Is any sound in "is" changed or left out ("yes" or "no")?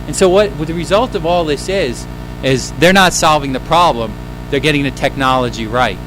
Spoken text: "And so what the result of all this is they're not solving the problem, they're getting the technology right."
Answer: no